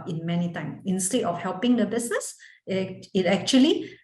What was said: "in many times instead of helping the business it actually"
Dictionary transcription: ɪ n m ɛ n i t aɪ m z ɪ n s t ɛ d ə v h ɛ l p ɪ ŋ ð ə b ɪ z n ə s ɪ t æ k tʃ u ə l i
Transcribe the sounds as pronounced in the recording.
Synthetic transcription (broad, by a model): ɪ n m ɛ n i t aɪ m ɪ n s t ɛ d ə f h ɛ l p ɪ ŋ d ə b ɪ s n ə s ɪ t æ k tʃ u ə l i